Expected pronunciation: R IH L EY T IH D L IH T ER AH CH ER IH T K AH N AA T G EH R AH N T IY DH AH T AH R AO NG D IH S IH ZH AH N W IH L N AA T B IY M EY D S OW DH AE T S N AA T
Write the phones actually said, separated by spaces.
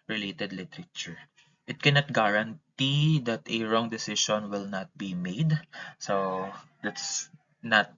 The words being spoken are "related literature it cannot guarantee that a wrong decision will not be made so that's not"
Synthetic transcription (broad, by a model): R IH L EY T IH D L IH T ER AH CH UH IH T K AH N AA T G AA R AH N T IY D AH T AH R AO NG D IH S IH SH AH N W IH L N AA T B IY M EY D S OW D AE T S N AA T